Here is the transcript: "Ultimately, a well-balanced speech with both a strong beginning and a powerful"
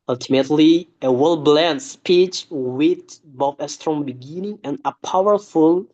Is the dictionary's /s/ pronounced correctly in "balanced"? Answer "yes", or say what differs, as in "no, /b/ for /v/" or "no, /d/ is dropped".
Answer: no, /s/ is dropped